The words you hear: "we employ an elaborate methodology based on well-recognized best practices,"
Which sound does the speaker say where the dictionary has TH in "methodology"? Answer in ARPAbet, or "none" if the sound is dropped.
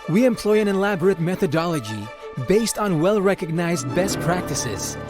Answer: TH